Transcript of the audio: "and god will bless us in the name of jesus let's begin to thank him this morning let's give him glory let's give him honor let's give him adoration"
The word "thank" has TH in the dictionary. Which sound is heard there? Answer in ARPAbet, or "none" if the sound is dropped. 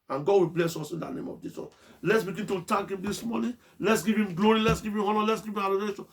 T